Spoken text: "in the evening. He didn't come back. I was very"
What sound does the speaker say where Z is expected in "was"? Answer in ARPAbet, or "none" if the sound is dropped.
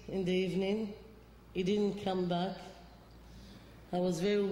Z